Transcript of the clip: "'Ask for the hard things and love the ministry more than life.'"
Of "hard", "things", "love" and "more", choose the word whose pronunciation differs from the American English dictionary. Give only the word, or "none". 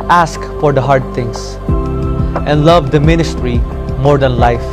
things